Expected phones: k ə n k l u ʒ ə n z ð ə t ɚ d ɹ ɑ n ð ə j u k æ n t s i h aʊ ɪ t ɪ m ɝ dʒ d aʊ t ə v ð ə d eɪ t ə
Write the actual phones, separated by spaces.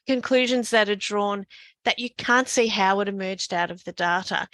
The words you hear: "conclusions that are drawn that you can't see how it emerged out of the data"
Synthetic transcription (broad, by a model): k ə n k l u ʒ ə n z ð ə t ɚ d ɹ ɑ n ð ə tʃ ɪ k æ n t s i h aʊ ɪ t ɪ m ɝ dʒ d aʊ t ə v ð ə d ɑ t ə